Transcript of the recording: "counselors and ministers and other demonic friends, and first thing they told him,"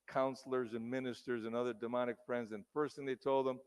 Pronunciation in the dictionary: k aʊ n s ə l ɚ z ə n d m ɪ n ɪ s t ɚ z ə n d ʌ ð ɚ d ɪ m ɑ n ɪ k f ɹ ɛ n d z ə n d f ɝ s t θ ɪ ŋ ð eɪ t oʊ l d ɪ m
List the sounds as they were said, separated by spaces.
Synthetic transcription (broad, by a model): k aʊ n s l ɚ z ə n m ɪ n ɪ s t ɚ z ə n ʌ ð ɚ d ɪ m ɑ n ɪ k f ɹ ɛ n d z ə n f ɝ s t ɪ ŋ ð eɪ t oʊ l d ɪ m